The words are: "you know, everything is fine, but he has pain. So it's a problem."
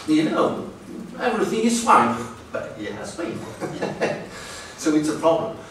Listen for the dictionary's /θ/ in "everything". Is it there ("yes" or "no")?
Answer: yes